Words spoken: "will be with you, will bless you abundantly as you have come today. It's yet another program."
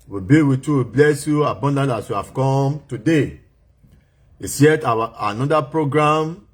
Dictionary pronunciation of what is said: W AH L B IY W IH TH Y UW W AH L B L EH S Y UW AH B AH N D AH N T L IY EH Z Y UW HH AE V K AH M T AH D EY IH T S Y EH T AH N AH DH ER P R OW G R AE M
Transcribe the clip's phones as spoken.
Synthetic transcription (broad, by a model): W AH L B IY W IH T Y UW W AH B L EH S Y UW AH B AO N D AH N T IY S Y UW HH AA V K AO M T AH D EY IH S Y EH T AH N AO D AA P R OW G R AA M